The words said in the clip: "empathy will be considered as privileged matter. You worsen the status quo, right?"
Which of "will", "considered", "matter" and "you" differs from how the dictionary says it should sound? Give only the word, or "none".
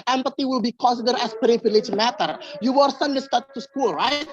considered